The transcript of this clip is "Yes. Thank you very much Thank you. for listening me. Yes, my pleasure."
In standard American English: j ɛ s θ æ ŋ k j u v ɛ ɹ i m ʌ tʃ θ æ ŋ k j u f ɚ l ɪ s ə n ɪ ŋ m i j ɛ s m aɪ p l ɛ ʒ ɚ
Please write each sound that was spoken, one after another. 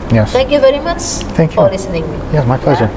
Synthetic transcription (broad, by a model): j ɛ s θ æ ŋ k j u v ɛ ɹ i m ʌ tʃ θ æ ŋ k j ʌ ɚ l ɪ s ə n ɪ ŋ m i j ɛ s m aɪ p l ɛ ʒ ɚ